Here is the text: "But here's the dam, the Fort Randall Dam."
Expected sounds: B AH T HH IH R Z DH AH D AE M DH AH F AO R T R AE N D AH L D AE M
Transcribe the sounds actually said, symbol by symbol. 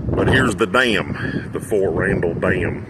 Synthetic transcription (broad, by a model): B AH T HH IH R Z DH AH D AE M DH AH F AO R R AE N D L D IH M